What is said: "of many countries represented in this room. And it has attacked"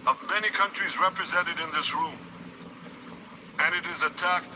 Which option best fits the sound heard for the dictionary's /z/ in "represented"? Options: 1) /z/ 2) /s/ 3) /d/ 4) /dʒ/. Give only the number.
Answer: 1